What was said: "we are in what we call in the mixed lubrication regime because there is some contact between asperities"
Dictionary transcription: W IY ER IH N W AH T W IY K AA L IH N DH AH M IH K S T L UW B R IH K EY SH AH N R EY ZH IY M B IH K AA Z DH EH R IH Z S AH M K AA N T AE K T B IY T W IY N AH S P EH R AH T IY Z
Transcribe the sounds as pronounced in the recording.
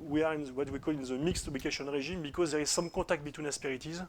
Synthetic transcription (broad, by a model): W IY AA IH N W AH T W IY K AA L IH N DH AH M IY K S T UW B L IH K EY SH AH N R EY ZH IY M B IH K AA Z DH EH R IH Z S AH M K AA T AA K T B IY T W IY N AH S P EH R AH T IY Z